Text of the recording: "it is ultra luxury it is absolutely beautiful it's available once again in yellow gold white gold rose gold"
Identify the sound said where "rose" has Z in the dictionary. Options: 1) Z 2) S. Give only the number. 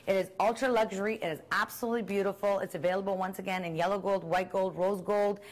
1